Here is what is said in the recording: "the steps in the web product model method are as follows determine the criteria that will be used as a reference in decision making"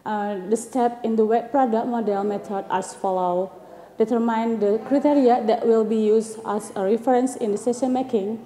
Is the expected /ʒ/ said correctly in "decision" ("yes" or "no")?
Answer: no